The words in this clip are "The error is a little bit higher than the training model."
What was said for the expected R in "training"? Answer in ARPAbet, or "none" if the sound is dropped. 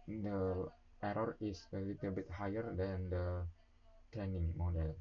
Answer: none